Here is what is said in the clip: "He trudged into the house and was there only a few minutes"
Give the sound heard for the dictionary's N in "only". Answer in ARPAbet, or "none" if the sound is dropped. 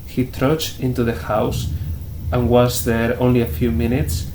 N